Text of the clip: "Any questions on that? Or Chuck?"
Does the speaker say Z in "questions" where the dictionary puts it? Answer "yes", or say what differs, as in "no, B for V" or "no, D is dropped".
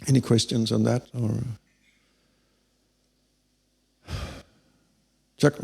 yes